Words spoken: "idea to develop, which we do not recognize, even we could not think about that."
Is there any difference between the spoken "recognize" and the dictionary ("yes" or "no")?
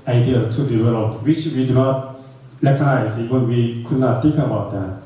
yes